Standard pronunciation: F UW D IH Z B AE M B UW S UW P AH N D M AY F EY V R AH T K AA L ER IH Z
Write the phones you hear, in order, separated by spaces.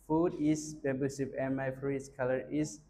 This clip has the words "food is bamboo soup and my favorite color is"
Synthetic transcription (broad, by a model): F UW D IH S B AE B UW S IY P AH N M AY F R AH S K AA L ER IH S